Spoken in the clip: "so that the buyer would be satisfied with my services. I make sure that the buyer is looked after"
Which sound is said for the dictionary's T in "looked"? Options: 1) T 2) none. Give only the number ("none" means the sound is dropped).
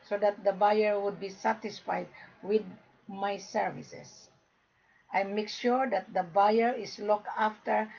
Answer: 2